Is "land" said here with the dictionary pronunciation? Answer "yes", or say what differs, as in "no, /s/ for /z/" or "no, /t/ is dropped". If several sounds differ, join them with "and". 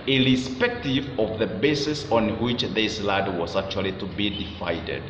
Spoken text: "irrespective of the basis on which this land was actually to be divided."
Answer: no, /n/ is dropped